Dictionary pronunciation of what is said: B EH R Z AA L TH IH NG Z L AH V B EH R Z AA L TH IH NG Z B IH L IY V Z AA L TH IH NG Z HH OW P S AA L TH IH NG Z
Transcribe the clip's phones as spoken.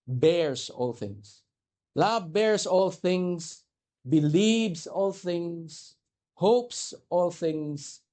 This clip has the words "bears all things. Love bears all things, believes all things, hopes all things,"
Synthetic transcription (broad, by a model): B EH R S AA L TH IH NG S L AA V B EH R S AA L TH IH NG S B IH L IY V S AA L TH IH NG S HH OW P S AA L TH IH NG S